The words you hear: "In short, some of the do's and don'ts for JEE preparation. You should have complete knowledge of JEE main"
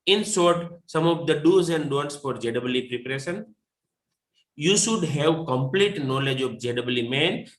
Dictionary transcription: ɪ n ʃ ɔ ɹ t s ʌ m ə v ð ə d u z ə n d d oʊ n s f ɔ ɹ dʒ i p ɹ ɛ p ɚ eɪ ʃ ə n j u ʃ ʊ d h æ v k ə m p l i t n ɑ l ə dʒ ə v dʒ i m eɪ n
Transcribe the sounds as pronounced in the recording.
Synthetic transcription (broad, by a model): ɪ n s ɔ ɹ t s ʌ m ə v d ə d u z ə n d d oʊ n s f ɔ ɹ dʒ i p ɹ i p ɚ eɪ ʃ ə n j u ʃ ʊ d h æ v k ə m p l i t n ɑ l ə dʒ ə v dʒ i m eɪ n